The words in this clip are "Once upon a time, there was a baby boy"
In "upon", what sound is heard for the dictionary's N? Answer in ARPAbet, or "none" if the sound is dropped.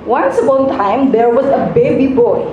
none